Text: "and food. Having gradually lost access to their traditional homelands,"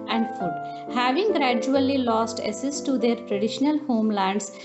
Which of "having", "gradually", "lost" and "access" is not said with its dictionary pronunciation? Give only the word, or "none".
access